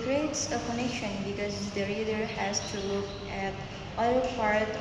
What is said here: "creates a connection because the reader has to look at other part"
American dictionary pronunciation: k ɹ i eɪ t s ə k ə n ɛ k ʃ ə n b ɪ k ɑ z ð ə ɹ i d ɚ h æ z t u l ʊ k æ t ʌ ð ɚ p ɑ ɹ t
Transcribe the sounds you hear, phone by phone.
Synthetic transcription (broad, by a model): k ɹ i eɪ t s ə k ə n ɛ k ʃ ə n b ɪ k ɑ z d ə ɹ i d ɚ h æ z t u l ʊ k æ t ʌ ɚ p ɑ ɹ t